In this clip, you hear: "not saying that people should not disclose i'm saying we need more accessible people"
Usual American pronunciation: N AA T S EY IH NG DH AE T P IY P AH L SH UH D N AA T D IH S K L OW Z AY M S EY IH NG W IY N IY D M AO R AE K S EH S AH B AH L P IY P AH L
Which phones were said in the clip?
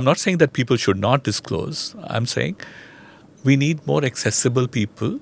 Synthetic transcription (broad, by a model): N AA T S EY IH NG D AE T P IY P AH L SH UH D N AA T D IH S K L OW Z AY M S EY IH NG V IY N IY D M AO R AE K S EH S AH B AH L P IY P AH L